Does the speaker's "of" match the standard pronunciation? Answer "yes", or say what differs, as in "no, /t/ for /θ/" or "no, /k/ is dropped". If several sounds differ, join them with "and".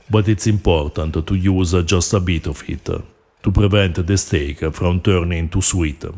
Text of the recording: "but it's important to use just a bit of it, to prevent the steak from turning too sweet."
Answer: no, /f/ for /v/